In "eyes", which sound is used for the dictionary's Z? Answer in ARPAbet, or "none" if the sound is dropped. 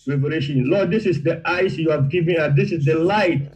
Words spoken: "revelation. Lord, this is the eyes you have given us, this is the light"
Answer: S